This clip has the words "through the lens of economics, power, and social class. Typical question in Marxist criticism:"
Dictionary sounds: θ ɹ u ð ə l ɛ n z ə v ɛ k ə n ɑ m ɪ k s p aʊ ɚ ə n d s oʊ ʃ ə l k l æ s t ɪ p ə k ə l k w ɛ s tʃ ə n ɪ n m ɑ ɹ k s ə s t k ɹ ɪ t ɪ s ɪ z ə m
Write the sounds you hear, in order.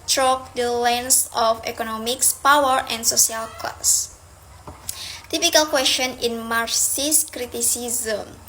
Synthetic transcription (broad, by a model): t ɹ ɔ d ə l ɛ n s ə f ɛ k ə n ɑ m ɪ k s p aʊ ɚ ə n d s oʊ s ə l k l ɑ s t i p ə k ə l k w ɛ s tʃ ə n ɪ n m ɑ ɹ s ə s k ɹ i t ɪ s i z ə m